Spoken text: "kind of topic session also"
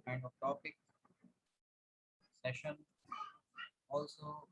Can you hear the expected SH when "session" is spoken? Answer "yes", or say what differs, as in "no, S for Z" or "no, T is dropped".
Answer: yes